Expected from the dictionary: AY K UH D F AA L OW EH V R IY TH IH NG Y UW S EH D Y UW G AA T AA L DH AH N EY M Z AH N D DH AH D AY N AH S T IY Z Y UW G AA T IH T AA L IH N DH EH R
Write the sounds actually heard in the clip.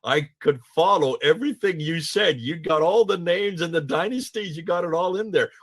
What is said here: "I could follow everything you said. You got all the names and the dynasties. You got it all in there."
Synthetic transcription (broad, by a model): AY K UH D F AA L OW EH V R IY TH IH NG Y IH S EH D Y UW G AA T AA L DH AH N EY M Z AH N DH AH D AY N AH S T IY Z Y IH G AA T IH T AA L IH N DH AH R